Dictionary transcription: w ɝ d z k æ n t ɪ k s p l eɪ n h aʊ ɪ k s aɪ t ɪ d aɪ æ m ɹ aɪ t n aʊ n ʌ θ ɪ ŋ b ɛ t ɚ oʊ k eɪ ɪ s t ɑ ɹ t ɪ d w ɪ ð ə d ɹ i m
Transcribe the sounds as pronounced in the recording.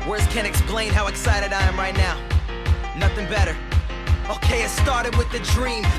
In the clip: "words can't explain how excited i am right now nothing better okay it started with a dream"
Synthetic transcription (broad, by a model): w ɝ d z k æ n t ɪ k s p l eɪ n h aʊ ɪ k s aɪ t ɪ d aɪ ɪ m ɹ aɪ t n aʊ n ʌ θ ɪ ŋ b ɛ t ɚ oʊ k eɪ ɪ s t ɑ ɹ t ɪ d w ɪ ð ə d ɹ i m